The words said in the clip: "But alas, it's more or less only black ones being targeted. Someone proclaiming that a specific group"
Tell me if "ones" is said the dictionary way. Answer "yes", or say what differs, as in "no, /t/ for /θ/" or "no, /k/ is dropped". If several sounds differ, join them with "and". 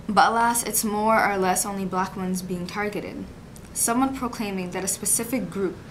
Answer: yes